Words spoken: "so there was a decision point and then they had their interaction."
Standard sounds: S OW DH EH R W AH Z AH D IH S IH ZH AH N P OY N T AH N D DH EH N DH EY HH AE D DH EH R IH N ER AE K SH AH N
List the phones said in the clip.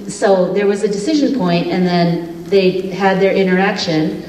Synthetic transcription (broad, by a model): S OW DH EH R W AH Z AH D IH S IH ZH AH N P OY N T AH N DH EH N DH EY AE D DH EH R IH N ER AE K SH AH N